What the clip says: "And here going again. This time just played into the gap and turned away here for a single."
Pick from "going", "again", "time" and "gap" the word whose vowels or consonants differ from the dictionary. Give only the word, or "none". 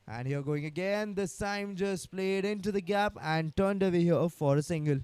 time